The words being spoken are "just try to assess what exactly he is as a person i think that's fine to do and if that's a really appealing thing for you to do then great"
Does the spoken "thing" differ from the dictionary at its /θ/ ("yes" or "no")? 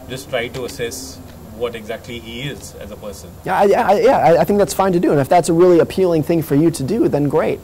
no